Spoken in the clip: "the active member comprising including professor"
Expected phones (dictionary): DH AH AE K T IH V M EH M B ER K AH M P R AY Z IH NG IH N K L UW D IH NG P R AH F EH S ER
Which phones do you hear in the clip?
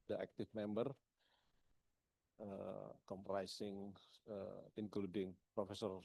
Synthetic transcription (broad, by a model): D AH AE K T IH F M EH M B ER K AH M P R AY S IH NG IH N K L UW D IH NG P R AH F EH S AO